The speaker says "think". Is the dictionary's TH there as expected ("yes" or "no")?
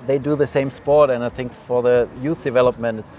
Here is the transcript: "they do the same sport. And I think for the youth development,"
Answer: yes